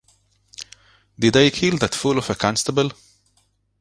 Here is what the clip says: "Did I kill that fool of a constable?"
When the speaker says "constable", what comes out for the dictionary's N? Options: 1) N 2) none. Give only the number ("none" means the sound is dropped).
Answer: 1